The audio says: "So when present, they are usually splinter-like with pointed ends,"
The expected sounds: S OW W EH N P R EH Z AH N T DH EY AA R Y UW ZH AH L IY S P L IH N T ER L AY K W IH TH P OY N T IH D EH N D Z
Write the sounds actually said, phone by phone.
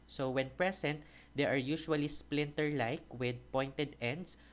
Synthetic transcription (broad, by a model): S OW W EH N P R EH S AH N T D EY AA R Y UW SH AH L IY S P L IH N T ER L AY K W IH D P OY N T IH D EH N D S